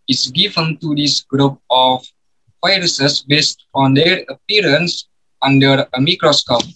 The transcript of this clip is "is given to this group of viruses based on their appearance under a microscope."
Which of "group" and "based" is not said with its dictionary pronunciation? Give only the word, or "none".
none